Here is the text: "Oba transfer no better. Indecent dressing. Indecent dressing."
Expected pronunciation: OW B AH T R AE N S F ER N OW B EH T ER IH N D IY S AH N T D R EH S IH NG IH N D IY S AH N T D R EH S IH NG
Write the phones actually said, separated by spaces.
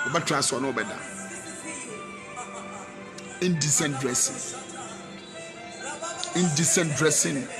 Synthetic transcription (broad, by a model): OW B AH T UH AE S AO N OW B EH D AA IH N D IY S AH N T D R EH S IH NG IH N D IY S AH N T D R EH S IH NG